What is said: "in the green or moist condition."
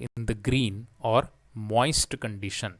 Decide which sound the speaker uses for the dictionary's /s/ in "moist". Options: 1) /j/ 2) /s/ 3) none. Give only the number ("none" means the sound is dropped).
2